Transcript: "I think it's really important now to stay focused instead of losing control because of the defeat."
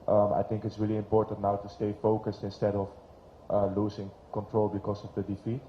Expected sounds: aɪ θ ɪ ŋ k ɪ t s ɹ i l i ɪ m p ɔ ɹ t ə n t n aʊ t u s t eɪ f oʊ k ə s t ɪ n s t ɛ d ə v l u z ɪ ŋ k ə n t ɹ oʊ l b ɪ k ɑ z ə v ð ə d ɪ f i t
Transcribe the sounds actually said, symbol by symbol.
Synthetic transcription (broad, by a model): aɪ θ ɪ ŋ k ɪ t s ɹ i l i ɪ m p ɔ ɹ t ə n t n aʊ t u s t eɪ f oʊ k ə s t ɪ n s t ɛ d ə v l u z ɪ ŋ k ə n t ɹ oʊ l b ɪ k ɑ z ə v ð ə d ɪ f i t